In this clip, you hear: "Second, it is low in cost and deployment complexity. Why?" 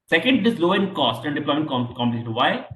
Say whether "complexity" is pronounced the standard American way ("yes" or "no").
no